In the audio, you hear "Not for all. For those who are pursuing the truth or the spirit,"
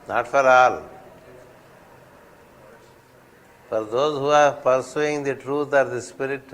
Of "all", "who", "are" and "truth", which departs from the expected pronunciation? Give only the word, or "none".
truth